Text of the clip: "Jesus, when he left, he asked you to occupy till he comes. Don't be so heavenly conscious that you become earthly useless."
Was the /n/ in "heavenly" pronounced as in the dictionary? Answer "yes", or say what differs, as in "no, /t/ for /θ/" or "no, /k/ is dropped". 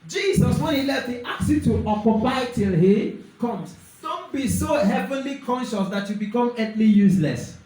yes